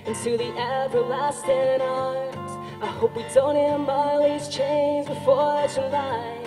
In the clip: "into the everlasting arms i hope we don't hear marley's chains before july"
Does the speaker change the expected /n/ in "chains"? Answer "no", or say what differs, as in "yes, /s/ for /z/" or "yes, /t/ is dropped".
no